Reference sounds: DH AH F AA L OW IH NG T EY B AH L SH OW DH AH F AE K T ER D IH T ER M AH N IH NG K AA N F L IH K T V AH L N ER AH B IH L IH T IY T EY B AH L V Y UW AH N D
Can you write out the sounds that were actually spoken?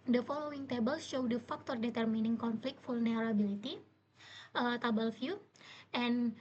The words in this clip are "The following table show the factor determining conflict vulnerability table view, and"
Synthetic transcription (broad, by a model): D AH F AA L OW IH NG T EY B AH L SH OW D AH F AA K T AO D IH T ER M AH N IH NG K AA N F L IH K T F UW L N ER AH B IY L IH T IY T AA B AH L F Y UW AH N